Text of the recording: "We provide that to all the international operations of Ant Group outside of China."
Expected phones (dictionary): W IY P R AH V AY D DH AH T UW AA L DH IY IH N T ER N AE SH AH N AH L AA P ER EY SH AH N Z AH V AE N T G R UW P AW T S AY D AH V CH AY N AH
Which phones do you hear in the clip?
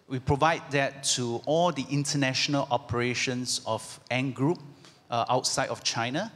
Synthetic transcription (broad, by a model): W IY P R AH V AY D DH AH T UW AA L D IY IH N T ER N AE SH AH N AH L AA P ER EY SH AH N S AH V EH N G R UW P AW T S AY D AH F CH AY N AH